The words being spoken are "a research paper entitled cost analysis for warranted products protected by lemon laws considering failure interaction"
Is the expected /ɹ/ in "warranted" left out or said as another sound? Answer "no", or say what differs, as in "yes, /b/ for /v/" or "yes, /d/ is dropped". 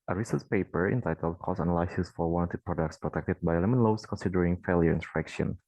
yes, /l/ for /ɹ/